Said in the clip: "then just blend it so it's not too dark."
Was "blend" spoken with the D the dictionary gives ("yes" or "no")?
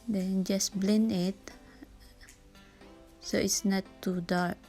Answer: no